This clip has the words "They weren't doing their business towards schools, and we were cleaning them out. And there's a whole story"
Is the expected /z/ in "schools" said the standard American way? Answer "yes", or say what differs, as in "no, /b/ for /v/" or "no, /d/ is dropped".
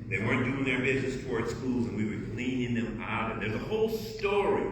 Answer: yes